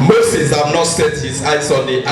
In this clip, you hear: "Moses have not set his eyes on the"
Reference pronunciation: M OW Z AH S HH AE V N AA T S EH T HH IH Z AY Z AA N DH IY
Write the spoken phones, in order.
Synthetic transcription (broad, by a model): M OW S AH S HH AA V N AA T S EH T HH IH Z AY S AA N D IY